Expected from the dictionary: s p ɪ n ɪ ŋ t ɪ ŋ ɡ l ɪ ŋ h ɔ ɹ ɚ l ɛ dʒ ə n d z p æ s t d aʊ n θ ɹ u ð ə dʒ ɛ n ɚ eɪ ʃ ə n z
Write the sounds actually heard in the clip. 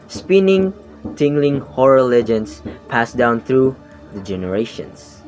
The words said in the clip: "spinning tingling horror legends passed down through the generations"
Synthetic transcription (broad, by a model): s p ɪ n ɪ ŋ t ɪ ŋ ɡ l ɪ ŋ h ɔ ɹ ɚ l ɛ dʒ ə n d s p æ s d aʊ n θ ɹ u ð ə dʒ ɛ n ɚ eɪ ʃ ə n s